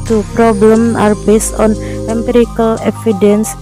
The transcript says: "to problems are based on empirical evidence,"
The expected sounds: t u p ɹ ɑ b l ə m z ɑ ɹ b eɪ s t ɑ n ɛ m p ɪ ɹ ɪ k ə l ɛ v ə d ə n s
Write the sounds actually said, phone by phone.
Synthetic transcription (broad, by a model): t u p ɹ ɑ b l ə m ɑ ɹ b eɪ s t ɑ n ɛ m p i ɹ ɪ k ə l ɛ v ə d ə n s